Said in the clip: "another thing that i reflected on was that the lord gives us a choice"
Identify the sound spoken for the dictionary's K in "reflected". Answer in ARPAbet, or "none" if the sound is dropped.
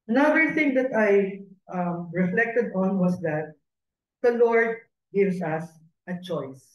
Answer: K